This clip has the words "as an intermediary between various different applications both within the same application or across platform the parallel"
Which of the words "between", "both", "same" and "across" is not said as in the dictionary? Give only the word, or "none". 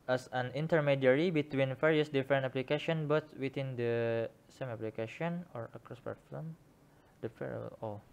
both